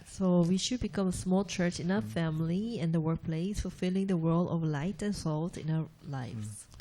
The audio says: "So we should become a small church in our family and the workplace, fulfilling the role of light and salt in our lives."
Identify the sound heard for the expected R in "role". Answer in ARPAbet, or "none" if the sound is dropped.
W